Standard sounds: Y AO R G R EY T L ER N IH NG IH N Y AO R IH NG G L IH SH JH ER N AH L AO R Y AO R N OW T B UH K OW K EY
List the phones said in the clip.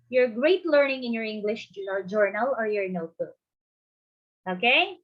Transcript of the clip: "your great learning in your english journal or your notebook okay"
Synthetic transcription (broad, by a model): Y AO R G R EY T L ER N IH NG IH N Y AO R IH NG G L IH SH JH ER N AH L AO R Y AO R N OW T UH OW K EY